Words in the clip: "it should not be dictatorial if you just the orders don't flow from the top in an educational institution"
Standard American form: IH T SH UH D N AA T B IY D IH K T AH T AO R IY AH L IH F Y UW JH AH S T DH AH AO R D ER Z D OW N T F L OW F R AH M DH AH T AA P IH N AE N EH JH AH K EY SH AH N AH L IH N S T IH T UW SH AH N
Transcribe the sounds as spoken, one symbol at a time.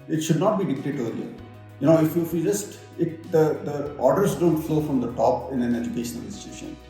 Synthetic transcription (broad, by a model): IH T SH UH D N AA T B IY D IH K T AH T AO L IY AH N IH F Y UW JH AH S T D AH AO R D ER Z D OW N T F L OW F R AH M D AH T AA P IH N AE N EH JH AH K EY SH AH N AH L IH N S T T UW SH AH N